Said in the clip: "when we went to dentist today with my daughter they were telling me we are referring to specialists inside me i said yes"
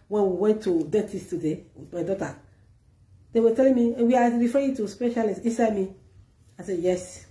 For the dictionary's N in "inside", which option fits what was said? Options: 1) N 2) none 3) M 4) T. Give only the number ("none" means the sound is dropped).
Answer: 2